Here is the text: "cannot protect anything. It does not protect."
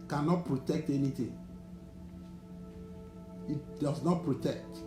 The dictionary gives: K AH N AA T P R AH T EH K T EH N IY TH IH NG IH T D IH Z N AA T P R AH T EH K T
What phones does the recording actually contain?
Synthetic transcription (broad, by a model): K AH N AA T P R AH T EH K T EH N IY T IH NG IH T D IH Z N AA T P R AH T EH K T